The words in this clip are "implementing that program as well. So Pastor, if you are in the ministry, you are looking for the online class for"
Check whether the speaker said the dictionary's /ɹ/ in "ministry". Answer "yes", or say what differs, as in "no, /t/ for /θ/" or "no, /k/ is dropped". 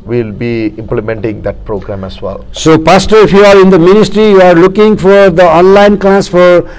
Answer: yes